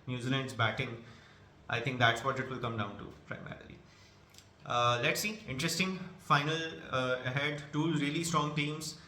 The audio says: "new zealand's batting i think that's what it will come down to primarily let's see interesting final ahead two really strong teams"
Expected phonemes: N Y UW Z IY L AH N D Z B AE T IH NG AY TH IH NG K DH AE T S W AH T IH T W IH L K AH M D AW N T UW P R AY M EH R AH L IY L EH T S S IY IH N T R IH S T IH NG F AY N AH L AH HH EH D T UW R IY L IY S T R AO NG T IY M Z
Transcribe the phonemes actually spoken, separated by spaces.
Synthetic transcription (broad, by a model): N Y UW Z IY L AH N D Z B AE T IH NG AY T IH NG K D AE T S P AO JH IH T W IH L K AH M D AW N T UW P R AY M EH R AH L IY L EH T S S IY IH N T R IH S T IH NG F AY N AH L AH HH EH D T UW R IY L IY S T R AO NG T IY M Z